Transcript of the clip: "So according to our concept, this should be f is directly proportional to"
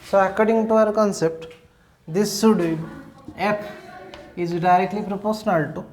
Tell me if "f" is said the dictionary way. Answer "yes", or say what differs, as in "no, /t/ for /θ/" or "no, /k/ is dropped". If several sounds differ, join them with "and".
no, /p/ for /f/